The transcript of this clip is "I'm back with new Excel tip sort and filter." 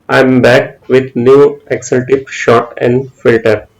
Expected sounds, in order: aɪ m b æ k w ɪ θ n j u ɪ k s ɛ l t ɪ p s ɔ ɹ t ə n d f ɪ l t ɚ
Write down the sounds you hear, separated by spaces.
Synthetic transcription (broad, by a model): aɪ m b æ k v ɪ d n j u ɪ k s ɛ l t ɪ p ʃ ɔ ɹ t ə n d f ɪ l t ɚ